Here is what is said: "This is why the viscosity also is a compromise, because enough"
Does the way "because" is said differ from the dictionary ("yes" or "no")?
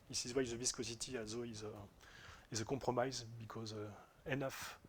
no